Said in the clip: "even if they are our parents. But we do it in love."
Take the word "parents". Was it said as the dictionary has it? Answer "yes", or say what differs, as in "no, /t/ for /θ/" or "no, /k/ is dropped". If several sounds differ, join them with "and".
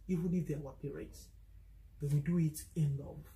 no, /n/ is dropped